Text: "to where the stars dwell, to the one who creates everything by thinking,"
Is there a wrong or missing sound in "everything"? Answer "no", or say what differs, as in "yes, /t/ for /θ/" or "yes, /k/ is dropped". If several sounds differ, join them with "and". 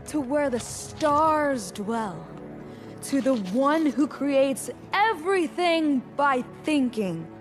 no